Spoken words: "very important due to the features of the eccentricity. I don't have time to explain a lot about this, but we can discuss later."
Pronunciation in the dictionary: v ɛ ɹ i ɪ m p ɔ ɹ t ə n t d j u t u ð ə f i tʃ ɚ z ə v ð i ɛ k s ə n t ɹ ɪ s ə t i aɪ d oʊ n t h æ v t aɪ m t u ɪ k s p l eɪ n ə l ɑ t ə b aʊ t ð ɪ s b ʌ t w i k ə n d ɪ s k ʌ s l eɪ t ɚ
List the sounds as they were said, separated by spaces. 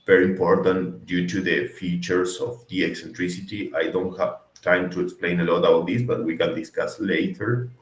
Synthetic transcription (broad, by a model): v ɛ ɹ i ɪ m p ɔ ɹ t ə n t d j u t u ð ə f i tʃ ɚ s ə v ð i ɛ k s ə n t ɹ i s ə t i aɪ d oʊ n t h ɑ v t aɪ m t u ɪ k s p l eɪ n ə l ɑ t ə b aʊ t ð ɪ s b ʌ t w i k ə n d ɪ s k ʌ s l eɪ t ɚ